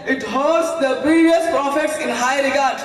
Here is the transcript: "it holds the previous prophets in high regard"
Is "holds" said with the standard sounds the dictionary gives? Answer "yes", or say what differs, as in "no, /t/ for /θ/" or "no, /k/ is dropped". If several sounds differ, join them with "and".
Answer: no, /l/ is dropped